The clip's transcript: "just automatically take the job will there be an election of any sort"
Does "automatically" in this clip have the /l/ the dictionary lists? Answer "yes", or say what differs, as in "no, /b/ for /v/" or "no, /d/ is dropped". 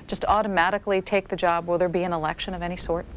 yes